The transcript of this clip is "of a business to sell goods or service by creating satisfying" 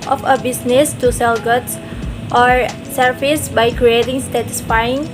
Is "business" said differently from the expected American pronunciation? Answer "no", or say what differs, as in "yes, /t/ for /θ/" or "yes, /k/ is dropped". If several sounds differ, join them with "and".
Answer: yes, /s/ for /z/